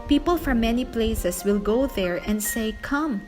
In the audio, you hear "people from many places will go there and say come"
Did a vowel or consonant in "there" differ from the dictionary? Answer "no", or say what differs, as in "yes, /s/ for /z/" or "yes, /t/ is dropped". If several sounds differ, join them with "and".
no